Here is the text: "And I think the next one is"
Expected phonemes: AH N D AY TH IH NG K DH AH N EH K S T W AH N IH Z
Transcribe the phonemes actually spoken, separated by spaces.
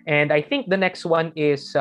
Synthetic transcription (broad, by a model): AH N D AY TH IH NG K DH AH N EH K S T W AH N IH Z